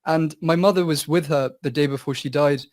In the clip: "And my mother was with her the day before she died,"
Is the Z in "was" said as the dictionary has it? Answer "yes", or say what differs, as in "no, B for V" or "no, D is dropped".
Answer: yes